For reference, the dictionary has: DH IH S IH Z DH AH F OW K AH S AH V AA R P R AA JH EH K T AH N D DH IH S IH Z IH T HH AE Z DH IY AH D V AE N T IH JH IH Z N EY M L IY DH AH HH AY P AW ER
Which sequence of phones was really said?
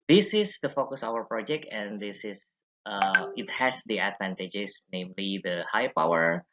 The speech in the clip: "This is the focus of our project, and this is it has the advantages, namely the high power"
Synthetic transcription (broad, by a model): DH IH S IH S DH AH F OW K AH S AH W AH R P R AA JH EH K T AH N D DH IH S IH S IH T HH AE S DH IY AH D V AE N T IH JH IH S N EY M L IY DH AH HH AY P AW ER